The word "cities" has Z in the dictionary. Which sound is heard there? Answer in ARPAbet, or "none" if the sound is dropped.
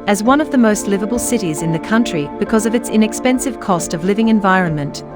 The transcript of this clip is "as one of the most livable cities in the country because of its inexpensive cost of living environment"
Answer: Z